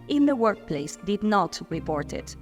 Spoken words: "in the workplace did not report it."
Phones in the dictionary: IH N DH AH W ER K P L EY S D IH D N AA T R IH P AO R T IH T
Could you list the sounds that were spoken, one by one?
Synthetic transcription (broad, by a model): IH N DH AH W ER K P L EY S D IH D N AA T R IH P AO R T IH T